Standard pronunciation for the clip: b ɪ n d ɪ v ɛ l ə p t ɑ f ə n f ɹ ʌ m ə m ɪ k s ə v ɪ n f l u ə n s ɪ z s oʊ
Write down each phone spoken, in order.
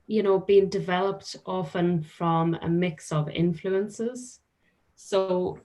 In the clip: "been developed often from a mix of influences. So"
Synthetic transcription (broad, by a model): b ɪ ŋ d ɪ v ɛ l ə p t ɑ f ə n f ɹ ʌ m ə m ɪ k s ə v ɪ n f l u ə n s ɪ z s oʊ